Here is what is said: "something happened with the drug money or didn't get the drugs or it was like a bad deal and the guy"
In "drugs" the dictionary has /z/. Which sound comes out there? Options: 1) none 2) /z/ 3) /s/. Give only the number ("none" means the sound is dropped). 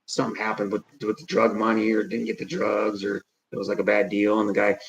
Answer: 2